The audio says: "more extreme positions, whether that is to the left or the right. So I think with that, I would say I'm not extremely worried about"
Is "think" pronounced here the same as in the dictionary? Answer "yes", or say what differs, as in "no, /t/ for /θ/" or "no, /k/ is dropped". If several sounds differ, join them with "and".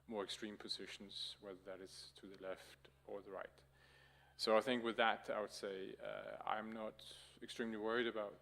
yes